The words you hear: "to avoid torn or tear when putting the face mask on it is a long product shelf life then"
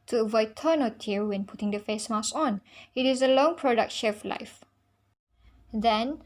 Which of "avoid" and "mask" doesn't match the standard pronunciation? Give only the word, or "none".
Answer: mask